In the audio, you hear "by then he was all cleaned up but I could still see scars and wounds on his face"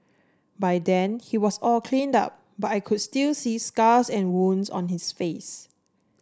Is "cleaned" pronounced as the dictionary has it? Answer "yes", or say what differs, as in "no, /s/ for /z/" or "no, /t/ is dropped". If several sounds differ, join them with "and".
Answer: yes